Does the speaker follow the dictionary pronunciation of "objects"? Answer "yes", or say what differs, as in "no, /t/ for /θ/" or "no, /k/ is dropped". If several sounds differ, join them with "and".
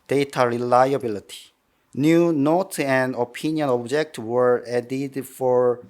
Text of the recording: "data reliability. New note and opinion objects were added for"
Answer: no, /s/ is dropped